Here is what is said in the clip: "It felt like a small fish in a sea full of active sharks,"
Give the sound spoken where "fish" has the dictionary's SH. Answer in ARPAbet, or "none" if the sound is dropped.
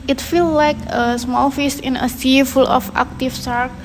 S